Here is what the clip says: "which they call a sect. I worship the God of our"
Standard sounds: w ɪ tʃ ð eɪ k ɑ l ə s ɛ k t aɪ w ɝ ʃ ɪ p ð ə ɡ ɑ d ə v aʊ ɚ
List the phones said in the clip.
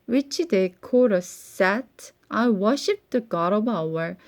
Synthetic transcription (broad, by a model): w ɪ tʃ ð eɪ k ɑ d ə s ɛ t t aɪ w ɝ ʃ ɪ p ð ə ɡ ɑ d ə b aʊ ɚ